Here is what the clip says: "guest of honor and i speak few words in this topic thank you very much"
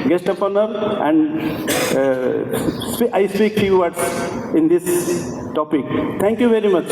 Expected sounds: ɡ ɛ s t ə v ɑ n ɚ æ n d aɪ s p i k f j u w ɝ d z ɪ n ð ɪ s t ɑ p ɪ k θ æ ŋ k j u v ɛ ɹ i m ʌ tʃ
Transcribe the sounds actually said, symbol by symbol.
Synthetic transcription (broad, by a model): ɡ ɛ s t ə p ɑ n ɚ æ n d aɪ s p i k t j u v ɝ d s ɪ n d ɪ s t ɑ p ɪ k t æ ŋ k j u v ɛ ɹ i m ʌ tʃ